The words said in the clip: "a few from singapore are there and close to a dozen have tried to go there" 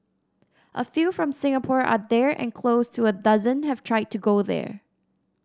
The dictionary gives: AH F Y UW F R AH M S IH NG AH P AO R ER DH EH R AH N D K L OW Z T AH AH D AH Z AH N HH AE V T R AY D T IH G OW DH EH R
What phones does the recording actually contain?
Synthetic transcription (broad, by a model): AH F Y UW F R AH M S IH NG AH P AO R ER DH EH R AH N K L OW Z T AH AH D AH Z AH N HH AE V T R AY D T IH G OW DH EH R